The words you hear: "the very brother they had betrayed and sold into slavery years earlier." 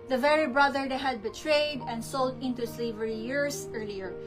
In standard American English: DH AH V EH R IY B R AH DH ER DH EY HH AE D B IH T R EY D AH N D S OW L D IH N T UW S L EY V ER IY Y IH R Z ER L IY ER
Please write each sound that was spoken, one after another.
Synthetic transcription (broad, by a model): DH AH V EH R IY B R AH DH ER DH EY HH AE D B IH T R EY D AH N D S OW L D IH N T UW S L EY V ER IY Y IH R S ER L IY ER